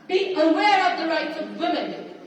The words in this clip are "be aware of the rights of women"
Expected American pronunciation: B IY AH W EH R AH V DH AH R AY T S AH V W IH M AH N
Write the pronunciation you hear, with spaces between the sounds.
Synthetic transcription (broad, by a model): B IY AH W EH R AH V DH AH R AY T S AH V W IH M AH N